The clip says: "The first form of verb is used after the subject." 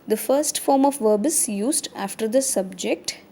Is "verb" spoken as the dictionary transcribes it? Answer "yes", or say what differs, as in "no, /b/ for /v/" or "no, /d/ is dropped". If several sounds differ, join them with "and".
yes